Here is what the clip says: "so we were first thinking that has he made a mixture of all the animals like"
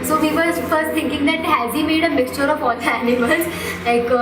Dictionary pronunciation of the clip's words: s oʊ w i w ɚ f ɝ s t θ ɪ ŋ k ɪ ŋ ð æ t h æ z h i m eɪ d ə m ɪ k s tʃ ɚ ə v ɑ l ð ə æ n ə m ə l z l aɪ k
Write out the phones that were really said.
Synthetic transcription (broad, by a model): s oʊ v i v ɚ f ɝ s t t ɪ ŋ k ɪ ŋ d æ t h æ z h i m eɪ d ə m ɪ k s tʃ ɚ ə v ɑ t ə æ n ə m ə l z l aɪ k